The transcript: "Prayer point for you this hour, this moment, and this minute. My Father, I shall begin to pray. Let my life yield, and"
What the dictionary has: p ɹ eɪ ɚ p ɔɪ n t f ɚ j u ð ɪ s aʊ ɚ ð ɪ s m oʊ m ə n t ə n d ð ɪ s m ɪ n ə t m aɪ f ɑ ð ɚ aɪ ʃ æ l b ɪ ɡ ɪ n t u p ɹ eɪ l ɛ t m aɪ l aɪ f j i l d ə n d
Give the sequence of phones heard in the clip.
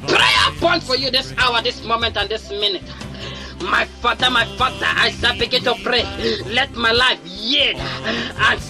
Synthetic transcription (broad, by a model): p ɹ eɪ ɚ p ɔɪ n t f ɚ j u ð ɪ s aʊ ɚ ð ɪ s m oʊ m ə n t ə n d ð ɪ s m ɪ n ə t m aɪ f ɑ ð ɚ aɪ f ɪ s b ɪ ɡ ɪ n t u p ɹ eɪ l ɛ t m aɪ l aɪ f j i d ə n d